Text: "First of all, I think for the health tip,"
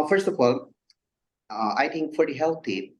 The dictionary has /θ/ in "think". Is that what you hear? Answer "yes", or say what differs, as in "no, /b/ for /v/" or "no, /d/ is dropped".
no, /t/ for /θ/